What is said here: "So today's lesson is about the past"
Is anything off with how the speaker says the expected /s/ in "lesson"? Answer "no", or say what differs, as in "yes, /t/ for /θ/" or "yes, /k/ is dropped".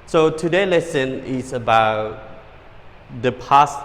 no